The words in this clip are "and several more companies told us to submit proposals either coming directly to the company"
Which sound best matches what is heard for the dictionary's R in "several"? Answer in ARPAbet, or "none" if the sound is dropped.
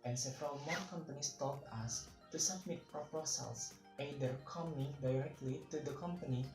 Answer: R